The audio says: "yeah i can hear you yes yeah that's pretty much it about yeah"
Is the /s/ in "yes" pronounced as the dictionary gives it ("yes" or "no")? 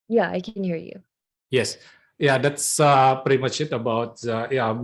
yes